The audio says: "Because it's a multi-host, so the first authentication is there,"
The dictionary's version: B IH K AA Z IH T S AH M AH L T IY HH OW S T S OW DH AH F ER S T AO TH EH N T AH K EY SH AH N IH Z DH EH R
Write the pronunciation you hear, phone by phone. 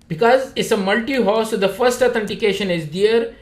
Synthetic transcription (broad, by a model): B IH K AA Z IH T S AH M AH L T IY HH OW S S OW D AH F ER S T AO T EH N T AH K EY SH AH N IH Z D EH R